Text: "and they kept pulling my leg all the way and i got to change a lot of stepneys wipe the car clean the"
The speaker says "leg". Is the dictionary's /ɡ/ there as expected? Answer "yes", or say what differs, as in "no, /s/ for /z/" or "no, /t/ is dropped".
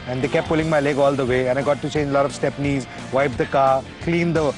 yes